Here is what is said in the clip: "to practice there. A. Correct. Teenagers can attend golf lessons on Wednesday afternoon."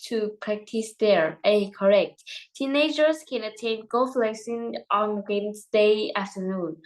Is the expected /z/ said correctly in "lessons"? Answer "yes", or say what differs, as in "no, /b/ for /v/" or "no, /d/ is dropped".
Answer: no, /z/ is dropped